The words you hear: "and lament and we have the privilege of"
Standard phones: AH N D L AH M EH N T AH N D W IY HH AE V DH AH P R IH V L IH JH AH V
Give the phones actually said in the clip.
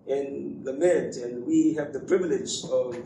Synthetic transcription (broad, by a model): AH N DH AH M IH T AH N W IY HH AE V DH AH P R IH V L IH JH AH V